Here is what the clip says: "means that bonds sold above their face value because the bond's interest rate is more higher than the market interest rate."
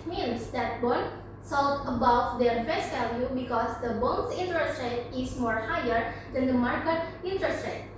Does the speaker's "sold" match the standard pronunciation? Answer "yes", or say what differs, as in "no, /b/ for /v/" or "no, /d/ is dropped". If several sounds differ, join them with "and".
no, /d/ is dropped